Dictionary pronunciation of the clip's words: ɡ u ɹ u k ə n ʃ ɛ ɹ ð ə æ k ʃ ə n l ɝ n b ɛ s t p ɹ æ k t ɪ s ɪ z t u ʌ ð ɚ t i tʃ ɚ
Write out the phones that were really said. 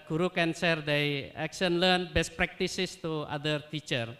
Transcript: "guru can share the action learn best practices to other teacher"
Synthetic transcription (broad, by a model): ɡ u ɹ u k ə n s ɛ ɹ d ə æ k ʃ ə n l ɝ n b ɛ s t p ɹ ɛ k t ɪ s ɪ s t u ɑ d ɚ t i tʃ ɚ